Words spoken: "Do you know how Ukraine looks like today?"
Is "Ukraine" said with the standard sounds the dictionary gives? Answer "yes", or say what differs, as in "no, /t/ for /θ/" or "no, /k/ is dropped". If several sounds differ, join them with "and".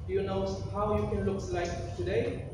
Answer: no, /ɹ/ is dropped